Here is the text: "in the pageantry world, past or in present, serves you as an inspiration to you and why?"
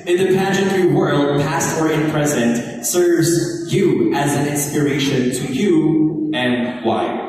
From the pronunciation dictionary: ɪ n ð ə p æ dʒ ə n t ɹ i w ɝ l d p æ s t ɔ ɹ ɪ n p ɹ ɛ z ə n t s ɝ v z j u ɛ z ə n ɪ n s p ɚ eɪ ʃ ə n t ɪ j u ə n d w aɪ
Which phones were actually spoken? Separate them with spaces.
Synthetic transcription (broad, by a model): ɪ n ð ə p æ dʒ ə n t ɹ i w ɝ l d p æ s t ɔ ɹ ɪ n p ɹ ɛ z ə n t s ɝ v z j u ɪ z ə n ɪ n s p ɚ eɪ ʃ ə n t ɪ j u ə n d w aɪ